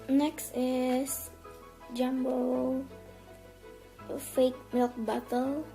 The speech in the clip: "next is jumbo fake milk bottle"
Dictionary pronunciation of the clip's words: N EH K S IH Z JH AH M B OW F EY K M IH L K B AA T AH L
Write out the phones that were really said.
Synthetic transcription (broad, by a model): N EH K S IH S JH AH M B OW F EY K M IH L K B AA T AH L